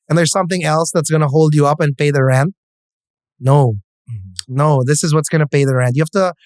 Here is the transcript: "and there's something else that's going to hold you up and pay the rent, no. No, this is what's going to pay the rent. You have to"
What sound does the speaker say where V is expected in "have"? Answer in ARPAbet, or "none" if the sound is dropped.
F